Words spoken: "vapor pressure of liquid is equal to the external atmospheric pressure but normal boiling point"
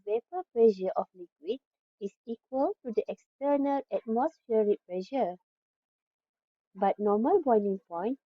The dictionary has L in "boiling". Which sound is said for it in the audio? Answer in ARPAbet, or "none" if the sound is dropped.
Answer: N